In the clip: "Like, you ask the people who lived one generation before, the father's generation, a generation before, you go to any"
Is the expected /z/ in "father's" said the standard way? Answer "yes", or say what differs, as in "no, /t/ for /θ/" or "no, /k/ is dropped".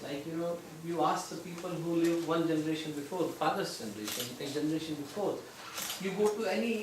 no, /s/ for /z/